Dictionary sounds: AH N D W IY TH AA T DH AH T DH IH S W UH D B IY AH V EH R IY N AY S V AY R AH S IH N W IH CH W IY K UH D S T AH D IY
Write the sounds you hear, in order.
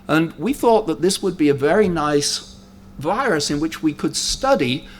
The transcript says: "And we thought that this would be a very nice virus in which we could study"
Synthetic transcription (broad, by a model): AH N W IY TH AA T DH AH T DH IH S W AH D B IY AH V EH R IY N AY S V AY R AH S IH N W IH CH W IY K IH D S T AH D IY